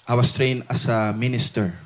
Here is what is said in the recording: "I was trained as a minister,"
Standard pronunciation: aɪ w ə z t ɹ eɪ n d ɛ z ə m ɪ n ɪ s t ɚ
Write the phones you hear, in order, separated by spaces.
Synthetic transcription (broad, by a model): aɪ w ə s t ɹ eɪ n ɑ s ə m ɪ n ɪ s t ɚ